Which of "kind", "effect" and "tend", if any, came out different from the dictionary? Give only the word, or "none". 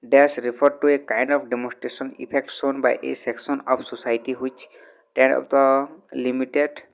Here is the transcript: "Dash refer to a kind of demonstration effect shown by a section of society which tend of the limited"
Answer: effect